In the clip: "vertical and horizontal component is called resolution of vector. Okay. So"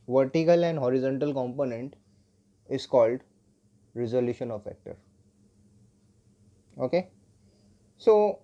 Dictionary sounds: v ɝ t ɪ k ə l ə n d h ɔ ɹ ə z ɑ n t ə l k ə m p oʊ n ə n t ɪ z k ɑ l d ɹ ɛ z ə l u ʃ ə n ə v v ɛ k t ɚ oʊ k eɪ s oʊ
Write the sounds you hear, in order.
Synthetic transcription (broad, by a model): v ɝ t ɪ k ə l ə n d h ɔ ɹ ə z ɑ n t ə l k ə m p oʊ n ə n t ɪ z k ɑ l d ɹ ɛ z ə l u ʃ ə n ə v f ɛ k t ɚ oʊ k eɪ s oʊ